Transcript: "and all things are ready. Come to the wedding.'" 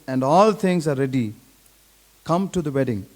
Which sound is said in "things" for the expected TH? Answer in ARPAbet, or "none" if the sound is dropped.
T